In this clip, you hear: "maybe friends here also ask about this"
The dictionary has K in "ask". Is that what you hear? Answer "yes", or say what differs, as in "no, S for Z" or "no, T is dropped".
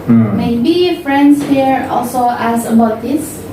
no, K is dropped